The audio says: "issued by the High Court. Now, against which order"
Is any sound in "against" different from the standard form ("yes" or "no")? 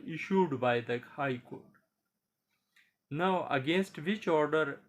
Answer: no